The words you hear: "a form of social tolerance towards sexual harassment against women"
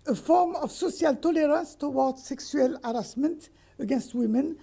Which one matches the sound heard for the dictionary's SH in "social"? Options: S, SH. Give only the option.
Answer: S